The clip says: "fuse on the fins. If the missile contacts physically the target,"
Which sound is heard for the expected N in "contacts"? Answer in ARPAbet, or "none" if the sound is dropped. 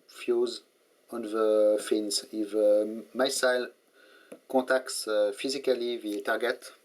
none